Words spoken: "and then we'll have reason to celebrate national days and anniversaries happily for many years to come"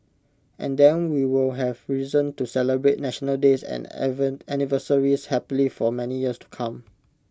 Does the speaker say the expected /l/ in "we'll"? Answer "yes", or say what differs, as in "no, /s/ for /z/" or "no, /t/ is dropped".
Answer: yes